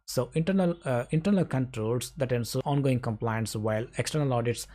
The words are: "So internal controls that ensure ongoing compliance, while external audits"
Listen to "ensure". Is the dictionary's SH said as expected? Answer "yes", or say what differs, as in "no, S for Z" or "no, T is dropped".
no, S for SH